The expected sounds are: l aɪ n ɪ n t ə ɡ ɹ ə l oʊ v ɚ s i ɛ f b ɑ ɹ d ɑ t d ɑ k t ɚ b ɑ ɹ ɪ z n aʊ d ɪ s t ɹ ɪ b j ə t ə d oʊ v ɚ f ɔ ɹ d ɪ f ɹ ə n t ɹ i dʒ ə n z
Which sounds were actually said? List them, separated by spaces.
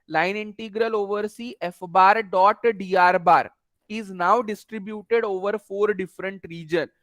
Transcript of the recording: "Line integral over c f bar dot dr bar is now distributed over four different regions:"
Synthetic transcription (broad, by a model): l aɪ n ɪ n t ə ɡ ɹ ə l oʊ v ɚ s i ɛ f b ɑ ɹ d ɑ t d ɑ t b ɑ ɹ ɪ z n aʊ d ɪ s t ɹ ɪ b j ə t ə d oʊ v ɚ f ɔ ɹ d ɪ f ɹ ə n t ɹ i dʒ ə n